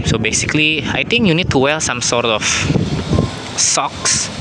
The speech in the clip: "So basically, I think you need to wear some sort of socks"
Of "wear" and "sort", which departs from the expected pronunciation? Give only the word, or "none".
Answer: wear